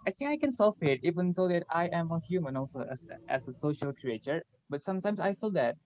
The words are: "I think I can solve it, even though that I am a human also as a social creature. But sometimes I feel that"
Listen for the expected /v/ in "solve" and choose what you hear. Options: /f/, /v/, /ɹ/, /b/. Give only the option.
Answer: /f/